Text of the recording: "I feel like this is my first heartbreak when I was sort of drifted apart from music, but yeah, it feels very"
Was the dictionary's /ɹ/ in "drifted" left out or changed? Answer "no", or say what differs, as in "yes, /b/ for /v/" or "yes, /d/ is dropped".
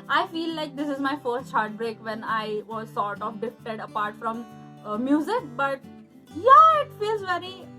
yes, /ɹ/ is dropped